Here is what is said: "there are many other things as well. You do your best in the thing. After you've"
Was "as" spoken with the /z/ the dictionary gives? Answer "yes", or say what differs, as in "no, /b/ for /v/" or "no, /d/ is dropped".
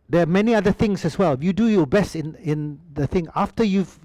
no, /s/ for /z/